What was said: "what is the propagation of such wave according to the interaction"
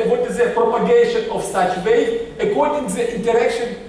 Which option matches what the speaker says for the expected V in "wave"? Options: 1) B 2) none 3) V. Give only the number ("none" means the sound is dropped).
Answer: 2